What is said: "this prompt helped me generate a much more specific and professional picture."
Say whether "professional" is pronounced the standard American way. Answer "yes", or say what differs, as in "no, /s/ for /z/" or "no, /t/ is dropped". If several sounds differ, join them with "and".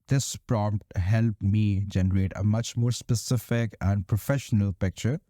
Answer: yes